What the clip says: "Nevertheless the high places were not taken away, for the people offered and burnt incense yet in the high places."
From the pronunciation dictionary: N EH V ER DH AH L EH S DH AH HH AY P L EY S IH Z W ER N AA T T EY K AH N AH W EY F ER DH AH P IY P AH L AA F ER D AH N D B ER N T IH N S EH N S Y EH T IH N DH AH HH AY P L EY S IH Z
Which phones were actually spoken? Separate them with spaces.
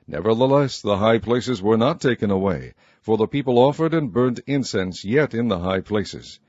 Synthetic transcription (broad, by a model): N EH V ER DH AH L EH S DH AH HH AY P L EY S IH Z W ER N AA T T EY K AH N AH W EY F ER DH AH P IY P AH L AA F ER D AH N B ER N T IH N S EH N S Y EH T IH N DH AH HH AY P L EY S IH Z